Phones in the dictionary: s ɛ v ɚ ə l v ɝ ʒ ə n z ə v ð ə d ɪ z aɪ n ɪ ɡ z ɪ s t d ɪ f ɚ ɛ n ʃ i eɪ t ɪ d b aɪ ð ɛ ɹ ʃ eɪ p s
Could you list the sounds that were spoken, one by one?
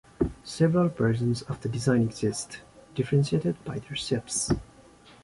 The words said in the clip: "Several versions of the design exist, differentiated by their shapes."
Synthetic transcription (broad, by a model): s ɛ v ɚ ə l p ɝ s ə n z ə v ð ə d ɪ z aɪ n ɪ ɡ z ɪ s t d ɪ f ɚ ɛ n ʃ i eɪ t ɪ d b aɪ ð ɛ ɹ s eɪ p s